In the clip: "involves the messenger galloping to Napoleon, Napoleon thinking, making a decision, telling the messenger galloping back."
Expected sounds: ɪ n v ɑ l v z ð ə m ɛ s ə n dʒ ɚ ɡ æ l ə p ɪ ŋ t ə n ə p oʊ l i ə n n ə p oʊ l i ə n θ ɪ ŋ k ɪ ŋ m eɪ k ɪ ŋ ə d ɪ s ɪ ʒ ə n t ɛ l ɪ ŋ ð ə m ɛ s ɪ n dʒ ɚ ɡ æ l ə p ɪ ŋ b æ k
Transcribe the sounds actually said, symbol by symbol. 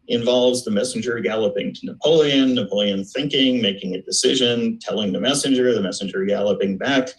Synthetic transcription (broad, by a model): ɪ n v ɑ l v z ð ə m ɛ s n dʒ ɚ ɡ æ l ə p ɪ ŋ t ə n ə p oʊ l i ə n n ə p oʊ l i ə n θ ɪ ŋ k ɪ ŋ m eɪ k ɪ ŋ ə d ɪ s ɪ ʒ ə n t ɛ l ɪ ŋ ð ə m ɛ s ɪ n dʒ ɚ ɡ æ l ə p ɪ ŋ b æ k